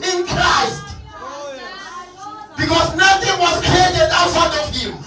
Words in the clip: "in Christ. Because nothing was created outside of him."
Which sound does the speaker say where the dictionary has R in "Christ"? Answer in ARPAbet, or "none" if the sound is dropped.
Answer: R